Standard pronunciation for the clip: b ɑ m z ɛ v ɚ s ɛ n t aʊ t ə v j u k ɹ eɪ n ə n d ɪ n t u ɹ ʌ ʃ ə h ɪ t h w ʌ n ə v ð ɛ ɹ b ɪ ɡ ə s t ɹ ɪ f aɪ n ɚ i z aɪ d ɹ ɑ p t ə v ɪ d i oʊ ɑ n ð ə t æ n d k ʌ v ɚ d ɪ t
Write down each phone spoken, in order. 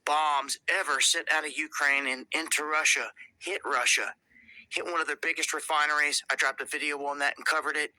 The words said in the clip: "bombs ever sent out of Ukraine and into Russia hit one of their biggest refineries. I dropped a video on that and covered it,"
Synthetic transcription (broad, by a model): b ɑ m z ɛ v ɚ s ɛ t aʊ t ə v j u k ɹ eɪ n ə n ɪ n t u ɹ ʌ ʃ ə h ɪ t h w ʌ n ə v ð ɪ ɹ b ɪ ɡ ə s t ɹ ɪ f aɪ n ɚ i z aɪ d ɹ ɑ p t ə v ɪ d i oʊ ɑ n ð ə t n k ʌ v ɚ d ɪ t